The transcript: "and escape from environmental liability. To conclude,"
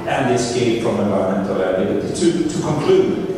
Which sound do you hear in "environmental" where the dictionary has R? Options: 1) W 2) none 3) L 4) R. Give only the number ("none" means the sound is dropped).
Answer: 3